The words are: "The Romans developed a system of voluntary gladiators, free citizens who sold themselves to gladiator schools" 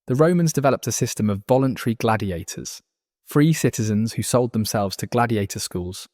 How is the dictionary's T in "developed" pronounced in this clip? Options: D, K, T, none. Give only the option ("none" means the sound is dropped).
T